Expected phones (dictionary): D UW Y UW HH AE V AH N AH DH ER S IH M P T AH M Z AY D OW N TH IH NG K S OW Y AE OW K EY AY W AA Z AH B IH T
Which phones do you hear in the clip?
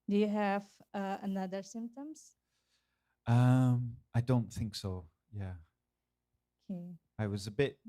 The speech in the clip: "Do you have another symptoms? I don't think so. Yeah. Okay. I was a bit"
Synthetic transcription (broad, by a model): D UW Y UW HH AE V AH N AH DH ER S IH M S T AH M AY D OW N TH IH NG K S OW Y AE OW K EY AY W AA Z AH B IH T